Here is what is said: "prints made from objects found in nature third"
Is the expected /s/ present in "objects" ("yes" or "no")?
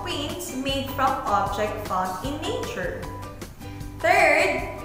no